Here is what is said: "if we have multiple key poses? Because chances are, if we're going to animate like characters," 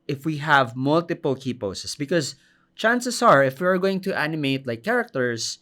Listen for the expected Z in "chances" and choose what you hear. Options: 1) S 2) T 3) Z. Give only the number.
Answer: 1